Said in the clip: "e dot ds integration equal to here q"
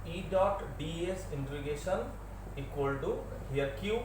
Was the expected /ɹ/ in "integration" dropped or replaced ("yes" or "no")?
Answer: yes